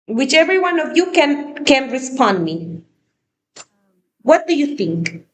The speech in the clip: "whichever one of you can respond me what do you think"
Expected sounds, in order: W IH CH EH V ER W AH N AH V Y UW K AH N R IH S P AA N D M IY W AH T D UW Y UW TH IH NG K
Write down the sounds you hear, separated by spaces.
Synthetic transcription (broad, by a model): W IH CH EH V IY W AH N AH V Y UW K AH N R IH S P AA N D M IY W AH T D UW Y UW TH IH NG K